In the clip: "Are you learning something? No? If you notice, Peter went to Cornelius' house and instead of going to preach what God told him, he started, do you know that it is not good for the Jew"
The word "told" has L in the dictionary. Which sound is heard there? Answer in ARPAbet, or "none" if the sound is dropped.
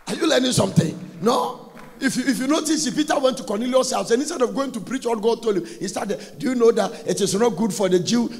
L